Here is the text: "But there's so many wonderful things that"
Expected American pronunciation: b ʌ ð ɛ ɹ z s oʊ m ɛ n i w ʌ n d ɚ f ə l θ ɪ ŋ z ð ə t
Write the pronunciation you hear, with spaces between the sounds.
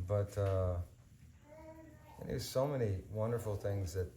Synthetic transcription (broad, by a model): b ʌ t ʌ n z s oʊ m ɛ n i w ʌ n d ɚ f l θ ɪ ŋ z ð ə t